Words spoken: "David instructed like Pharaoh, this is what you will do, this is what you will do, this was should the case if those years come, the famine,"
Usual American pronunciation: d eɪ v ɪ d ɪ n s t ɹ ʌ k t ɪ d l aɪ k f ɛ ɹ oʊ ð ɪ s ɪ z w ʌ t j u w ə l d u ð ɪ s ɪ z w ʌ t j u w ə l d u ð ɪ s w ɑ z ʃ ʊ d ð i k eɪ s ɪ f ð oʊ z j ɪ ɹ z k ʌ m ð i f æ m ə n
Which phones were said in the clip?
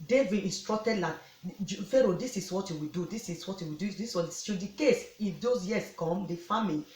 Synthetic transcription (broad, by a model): d eɪ v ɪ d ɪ n s t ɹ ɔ k t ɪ d l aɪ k f ɛ ɹ oʊ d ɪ s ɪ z w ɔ t j u w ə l d u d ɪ s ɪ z w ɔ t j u w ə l d u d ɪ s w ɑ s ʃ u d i k eɪ s ɪ f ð oʊ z j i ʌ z k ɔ m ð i f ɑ m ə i